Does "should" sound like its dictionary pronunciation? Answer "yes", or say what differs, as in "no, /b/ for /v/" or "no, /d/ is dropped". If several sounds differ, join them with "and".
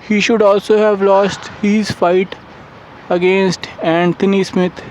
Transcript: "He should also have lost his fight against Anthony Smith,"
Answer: yes